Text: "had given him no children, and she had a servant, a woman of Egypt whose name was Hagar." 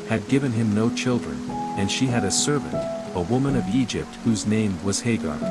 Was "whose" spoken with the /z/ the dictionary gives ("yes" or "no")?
yes